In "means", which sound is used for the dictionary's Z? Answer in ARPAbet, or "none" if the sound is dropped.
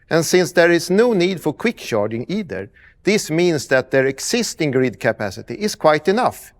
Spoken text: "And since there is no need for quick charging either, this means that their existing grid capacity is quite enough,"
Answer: S